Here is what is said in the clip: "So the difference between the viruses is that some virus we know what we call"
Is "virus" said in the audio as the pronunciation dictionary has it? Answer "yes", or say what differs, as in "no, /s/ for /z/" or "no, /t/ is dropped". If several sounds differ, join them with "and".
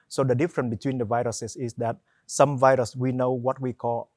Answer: yes